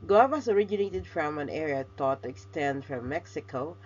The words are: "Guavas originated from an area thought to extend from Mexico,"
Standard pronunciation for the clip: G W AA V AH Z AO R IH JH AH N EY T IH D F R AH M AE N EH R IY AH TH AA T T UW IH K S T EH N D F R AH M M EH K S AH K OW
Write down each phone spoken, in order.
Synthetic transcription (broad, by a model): G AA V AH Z AO R IH JH AH N EY T IH D F R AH M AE N EH R IY AH T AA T T UW IH K S T EH N D F R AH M M EH K S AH K OW